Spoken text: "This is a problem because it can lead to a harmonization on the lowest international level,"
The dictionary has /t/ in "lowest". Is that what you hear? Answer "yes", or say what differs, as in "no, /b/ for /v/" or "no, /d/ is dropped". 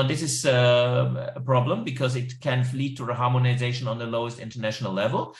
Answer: yes